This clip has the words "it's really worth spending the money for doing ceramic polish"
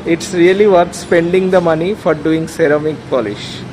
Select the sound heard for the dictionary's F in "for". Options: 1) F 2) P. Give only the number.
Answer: 1